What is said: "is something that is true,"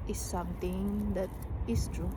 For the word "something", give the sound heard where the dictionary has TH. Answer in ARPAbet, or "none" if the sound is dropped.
T